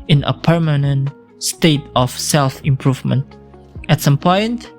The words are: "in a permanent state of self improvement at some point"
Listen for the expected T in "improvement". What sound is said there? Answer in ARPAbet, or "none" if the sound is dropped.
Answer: T